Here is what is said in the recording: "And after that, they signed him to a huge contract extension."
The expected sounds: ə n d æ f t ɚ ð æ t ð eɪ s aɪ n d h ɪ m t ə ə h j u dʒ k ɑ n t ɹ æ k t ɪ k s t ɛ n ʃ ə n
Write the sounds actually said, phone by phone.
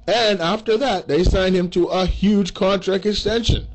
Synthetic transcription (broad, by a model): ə n æ f t ɚ ð æ t ð eɪ s aɪ n d h ɪ m t ə ə h j u dʒ k ɑ n t ɹ æ k t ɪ k s t ɛ n ʃ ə n